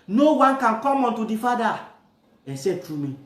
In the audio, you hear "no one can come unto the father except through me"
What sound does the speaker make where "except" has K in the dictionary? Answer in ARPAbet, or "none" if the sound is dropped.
none